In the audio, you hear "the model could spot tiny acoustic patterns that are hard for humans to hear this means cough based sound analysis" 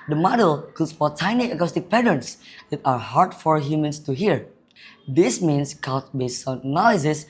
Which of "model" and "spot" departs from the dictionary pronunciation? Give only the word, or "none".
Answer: spot